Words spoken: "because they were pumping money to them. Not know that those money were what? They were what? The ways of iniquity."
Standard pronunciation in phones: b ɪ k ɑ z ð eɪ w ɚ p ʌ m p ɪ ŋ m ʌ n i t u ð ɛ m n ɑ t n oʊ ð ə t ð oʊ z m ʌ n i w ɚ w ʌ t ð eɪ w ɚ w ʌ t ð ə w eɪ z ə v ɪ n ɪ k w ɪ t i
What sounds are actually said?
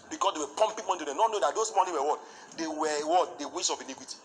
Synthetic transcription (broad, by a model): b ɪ k ɑ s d eɪ w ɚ p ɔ m p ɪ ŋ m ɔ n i t u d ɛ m n ɑ t n oʊ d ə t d oʊ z m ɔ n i w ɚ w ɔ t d eɪ w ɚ w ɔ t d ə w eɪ s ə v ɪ n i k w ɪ t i